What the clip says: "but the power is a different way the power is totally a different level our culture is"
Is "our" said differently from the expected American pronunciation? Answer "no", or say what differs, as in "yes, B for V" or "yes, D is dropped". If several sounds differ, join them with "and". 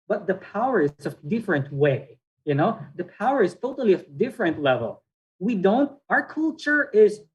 no